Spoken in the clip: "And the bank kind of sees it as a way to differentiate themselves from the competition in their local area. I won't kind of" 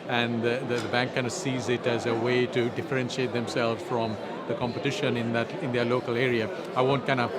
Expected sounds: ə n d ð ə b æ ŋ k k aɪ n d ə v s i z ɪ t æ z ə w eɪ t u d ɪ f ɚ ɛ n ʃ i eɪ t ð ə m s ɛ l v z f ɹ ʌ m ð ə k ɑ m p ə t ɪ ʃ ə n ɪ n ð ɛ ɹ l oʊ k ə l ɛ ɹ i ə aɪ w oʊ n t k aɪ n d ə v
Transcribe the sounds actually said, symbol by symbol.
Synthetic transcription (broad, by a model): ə n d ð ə b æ ŋ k k aɪ n d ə s i z ɪ t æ z ə w eɪ t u d ɪ f ɚ ɛ n ʃ i eɪ t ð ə m s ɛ l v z f ɹ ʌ m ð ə k ɑ m p ə t ɪ ʃ ə n ɪ n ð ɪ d l oʊ k ə l ɛ ɹ i ə aɪ w oʊ n t k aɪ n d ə